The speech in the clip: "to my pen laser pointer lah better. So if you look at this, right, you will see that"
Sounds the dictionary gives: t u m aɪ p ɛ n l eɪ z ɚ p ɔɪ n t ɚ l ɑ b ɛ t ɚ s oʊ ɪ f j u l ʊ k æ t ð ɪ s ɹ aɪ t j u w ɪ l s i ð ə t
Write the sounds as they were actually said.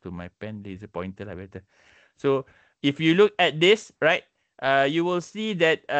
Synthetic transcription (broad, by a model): t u m aɪ p ɛ n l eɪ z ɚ p ɔɪ n t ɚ l ɑ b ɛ t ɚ s oʊ ɪ f j u l ʊ k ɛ t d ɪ s ɹ aɪ t j u w ɪ l s i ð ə t